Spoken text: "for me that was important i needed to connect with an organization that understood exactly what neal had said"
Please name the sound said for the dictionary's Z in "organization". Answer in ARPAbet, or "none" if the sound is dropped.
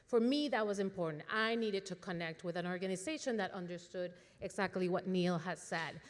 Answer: Z